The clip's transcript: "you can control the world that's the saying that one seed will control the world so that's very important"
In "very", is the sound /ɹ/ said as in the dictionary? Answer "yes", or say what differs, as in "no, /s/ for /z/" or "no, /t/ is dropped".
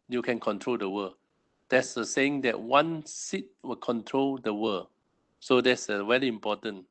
no, /l/ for /ɹ/